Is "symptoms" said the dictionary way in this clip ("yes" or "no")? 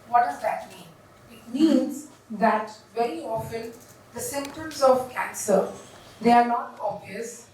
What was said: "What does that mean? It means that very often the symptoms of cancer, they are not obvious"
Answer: yes